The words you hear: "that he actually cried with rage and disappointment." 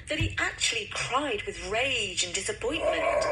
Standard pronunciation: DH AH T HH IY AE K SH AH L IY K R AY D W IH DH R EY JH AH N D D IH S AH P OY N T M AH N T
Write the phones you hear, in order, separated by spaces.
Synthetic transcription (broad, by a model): DH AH T HH IY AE K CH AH L IY K R AY D W IH DH R EY JH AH N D D IH S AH P OY N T M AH N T